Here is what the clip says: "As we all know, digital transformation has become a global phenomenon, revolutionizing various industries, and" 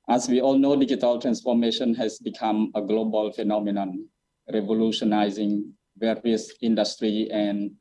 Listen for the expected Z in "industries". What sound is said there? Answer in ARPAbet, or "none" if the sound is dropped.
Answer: none